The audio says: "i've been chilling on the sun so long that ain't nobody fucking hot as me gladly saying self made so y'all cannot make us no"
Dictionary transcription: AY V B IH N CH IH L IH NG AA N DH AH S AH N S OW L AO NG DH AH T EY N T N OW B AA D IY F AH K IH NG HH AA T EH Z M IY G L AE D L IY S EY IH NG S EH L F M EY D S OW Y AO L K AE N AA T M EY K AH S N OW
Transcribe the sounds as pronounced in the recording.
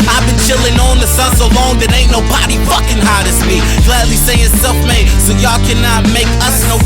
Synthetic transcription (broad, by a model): AY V B IH N CH IH L IH NG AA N DH AH S AH N S OW L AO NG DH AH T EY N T N OW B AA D IY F AH K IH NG HH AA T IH S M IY G L AE D L IY S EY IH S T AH F M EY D S OW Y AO K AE N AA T M EY K AH S N OW